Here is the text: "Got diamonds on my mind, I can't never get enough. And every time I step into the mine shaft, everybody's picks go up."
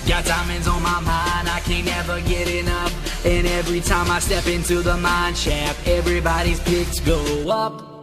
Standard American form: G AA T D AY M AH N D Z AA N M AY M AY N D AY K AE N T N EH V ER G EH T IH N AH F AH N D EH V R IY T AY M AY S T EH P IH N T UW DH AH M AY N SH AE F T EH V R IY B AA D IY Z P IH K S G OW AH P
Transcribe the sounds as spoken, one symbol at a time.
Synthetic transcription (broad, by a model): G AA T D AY M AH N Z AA N M AY M AY N D AY K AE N N EH V ER G EH T IH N AH P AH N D EH V R IY T AY M AY S T EH P IH N T UW DH AH M AY N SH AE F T EH V R IY B AA D IY Z P IH K S G OW AH P